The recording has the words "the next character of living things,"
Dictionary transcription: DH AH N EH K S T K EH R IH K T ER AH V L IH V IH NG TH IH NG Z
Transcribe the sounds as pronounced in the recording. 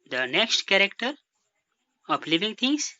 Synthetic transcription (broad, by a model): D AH N EH K S T K EH R IH K T ER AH P L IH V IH NG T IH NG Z